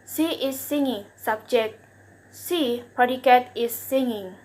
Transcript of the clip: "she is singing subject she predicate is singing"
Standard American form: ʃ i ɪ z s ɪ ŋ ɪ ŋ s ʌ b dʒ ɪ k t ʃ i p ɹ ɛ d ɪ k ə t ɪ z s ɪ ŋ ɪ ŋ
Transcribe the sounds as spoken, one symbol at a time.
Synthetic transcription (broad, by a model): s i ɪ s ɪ ŋ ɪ ŋ s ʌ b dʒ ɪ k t s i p ɛ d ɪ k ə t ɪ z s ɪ ŋ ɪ ŋ